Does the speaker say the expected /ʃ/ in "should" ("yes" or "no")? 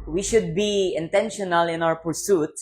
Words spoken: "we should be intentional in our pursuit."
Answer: yes